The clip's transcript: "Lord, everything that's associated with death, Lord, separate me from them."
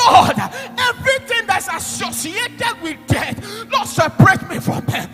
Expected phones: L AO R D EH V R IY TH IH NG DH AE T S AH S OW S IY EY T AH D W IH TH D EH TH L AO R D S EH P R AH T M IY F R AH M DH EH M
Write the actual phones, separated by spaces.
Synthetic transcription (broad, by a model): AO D EH V R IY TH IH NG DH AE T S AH S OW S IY EY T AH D W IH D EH T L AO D S EH P R AH T M IY F R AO M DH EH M